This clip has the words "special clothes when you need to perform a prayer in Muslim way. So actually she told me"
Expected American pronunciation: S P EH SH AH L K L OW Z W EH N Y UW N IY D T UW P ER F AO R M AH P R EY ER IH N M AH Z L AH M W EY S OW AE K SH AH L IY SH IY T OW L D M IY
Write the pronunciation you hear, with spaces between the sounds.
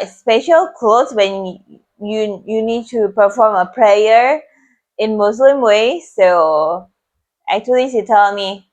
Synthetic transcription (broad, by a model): S P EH SH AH L K L OW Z W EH N Y UW N IY D T UW P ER F AO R M AH P R EY ER IH N M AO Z L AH M W EY S OW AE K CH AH L IY S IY T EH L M IY